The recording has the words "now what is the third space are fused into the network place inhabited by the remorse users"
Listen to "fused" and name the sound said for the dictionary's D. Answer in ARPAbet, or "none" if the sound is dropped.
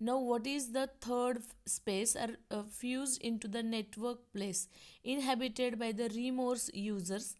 D